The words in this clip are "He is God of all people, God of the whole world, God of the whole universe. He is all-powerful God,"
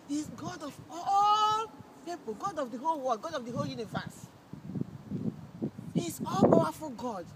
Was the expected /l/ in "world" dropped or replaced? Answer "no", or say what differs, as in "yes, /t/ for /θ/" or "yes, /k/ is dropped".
yes, /l/ is dropped